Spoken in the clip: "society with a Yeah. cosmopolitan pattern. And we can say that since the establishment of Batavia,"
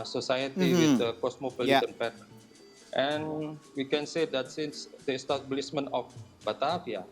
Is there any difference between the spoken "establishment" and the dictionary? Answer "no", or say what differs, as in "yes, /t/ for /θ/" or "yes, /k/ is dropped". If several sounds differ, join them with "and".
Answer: yes, /s/ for /ʃ/ and /t/ is dropped